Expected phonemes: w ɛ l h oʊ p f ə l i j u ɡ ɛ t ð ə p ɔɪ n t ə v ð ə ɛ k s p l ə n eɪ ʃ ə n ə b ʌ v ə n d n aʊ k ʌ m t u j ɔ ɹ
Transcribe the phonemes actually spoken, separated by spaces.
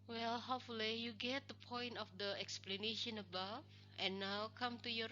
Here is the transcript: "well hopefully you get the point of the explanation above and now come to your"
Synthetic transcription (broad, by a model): w ɛ l h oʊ f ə l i j u ɡ ɛ t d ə p ɔɪ n t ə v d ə ɛ k s p l ə n eɪ ʃ ə n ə b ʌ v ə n n aʊ k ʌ m t u j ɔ